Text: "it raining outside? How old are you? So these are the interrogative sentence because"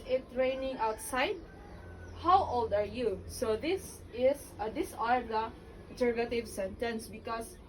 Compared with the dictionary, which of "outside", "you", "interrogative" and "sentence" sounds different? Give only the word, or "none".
interrogative